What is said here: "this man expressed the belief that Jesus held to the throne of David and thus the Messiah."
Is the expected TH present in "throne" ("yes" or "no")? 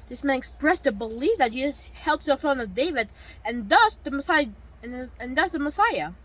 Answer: no